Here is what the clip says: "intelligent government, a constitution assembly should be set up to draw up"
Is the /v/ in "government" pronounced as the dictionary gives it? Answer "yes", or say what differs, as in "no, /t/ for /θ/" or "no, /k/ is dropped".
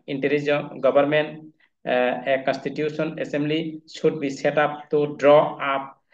no, /b/ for /v/